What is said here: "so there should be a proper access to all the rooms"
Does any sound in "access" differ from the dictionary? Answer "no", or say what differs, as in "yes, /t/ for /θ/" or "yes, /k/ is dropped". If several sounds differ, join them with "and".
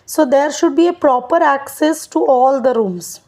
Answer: no